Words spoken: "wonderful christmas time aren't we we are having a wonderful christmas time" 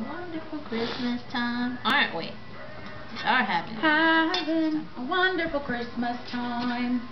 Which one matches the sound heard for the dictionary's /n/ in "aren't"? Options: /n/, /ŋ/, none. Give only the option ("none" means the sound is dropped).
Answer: /n/